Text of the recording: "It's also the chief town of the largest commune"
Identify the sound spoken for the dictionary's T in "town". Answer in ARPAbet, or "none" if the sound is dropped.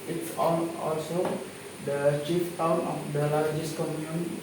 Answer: T